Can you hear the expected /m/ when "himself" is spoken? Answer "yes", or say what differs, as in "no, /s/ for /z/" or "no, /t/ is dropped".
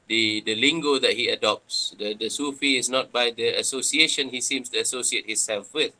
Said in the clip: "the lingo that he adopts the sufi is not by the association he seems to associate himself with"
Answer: no, /m/ is dropped